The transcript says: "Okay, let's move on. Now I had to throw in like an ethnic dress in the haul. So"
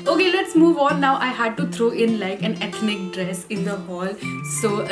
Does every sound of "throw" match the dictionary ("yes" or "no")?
no